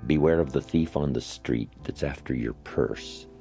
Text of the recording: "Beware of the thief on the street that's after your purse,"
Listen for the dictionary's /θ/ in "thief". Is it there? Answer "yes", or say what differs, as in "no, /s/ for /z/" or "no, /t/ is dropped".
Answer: yes